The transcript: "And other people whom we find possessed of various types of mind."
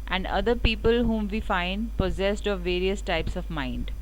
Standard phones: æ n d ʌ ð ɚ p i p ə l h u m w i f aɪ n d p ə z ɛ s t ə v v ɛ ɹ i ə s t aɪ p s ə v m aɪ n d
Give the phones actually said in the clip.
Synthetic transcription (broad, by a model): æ n d ʌ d ɚ p i p ə l h u m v i f aɪ n d p ə z ɛ s t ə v v ɛ ɹ i ə s t aɪ p s ə v m aɪ n d